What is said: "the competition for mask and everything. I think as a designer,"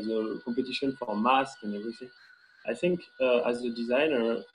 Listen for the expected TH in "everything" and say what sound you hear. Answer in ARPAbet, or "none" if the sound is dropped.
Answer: S